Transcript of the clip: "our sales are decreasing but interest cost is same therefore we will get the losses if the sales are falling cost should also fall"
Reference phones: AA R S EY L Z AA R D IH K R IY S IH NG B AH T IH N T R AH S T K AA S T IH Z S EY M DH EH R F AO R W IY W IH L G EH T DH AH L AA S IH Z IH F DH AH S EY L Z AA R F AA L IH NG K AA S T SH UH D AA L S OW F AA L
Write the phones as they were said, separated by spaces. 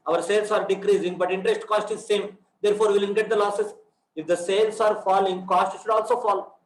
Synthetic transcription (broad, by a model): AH R S EY L S AA R D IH K R IY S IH NG B AH T IH N T R AH S T K AA S T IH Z S EY M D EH R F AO R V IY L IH N G EH T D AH L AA S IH S IH F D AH S EY L S AA R F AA L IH NG K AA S T SH UH D AA L S OW F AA L